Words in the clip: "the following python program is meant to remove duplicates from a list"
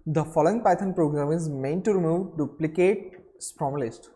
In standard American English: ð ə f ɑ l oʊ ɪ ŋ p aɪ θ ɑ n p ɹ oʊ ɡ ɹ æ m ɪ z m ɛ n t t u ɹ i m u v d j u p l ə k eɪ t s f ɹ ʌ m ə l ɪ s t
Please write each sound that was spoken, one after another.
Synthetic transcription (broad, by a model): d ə f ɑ l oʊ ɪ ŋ p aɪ t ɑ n p ɹ oʊ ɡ ɹ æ m ɪ z m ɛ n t t u ɹ i m u v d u p l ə k eɪ t s p ɹ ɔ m ə l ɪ s t